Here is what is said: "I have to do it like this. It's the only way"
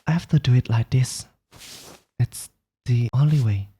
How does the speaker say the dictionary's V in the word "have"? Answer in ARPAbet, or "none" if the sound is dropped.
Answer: F